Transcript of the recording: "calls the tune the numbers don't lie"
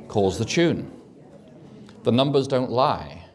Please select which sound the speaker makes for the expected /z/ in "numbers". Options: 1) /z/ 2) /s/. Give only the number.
1